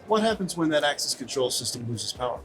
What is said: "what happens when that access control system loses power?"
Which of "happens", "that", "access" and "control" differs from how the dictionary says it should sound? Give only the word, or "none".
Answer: none